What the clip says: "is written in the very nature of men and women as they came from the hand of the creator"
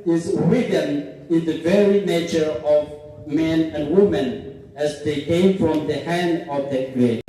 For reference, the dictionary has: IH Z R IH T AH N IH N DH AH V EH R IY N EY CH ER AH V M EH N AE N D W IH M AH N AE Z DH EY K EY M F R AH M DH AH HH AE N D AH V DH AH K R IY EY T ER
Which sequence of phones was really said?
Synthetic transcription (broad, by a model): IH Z W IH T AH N IH N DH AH V EH R IY N EY CH ER AH V M EH N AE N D W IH M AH N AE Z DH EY K EY M F R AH M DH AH HH AE N D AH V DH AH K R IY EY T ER